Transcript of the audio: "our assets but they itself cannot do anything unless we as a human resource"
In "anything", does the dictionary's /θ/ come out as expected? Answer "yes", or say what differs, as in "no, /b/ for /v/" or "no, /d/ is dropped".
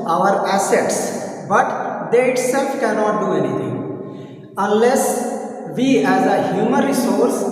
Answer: no, /t/ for /θ/